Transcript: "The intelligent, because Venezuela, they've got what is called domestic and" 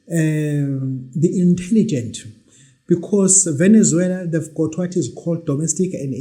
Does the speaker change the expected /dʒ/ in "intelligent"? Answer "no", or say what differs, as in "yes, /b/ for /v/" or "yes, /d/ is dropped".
no